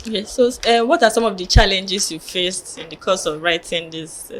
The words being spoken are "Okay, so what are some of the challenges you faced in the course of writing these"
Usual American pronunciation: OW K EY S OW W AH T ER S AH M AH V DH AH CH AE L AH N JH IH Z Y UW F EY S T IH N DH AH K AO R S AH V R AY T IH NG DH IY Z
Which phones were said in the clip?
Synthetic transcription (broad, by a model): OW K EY S OW W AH T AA S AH M AH V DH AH CH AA L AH N JH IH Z Y UW F EY S T IH N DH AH K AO S AH V R AY T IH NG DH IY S